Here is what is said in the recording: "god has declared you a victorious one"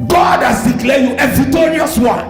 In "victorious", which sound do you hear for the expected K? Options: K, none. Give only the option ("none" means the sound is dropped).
none